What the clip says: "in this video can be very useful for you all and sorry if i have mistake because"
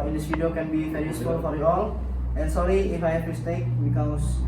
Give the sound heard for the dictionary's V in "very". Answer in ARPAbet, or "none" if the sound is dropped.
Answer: F